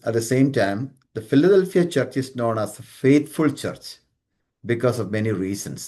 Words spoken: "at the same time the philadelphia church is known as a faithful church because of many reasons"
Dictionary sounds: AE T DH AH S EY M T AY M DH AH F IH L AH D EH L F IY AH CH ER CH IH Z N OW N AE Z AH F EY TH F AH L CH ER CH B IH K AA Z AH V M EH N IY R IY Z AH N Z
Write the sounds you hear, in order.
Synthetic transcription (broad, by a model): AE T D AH S EY M T AY M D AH F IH L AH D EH L F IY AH CH ER CH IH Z N OW N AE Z AH F EY T F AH L CH ER CH B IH K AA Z AH V M EH N IY R IY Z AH N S